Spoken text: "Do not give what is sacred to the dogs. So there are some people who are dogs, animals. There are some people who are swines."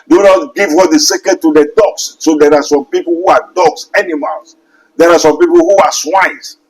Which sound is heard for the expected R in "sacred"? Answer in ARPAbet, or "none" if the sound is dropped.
none